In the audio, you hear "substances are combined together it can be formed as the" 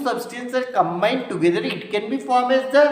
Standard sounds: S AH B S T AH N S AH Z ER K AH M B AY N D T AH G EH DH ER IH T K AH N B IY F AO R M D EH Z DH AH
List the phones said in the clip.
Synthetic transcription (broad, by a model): S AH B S T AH N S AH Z K AH M B AY N D T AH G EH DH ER IH T K AH N B IY F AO R M EH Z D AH